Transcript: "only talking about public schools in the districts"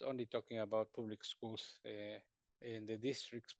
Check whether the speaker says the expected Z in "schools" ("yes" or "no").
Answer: no